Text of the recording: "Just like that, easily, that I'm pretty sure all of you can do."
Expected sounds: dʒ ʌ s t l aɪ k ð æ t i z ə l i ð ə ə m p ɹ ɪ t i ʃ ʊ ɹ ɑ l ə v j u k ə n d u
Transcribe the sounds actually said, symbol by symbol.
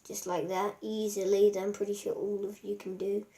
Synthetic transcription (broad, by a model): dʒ ʌ s t l aɪ k ð æ t i z ə l i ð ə ə m p ɹ ɪ t i ʃ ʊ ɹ ɑ l ə v j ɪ k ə n d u